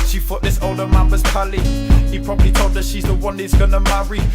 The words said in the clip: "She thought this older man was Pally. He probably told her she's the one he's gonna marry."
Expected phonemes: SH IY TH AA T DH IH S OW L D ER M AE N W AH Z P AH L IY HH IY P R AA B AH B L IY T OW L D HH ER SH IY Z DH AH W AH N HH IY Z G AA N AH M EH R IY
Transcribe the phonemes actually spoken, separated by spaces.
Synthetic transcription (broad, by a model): SH IY F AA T DH IH S OW L D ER M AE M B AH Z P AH L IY HH IY P R AA B AH B L IY T OW L D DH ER SH IY Z DH AH W AH N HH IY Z G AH N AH M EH R IY